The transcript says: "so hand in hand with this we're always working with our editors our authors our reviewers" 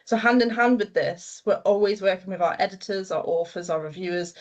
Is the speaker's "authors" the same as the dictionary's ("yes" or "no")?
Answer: no